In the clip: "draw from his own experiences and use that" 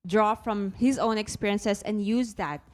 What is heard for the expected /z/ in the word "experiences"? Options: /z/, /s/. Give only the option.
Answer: /s/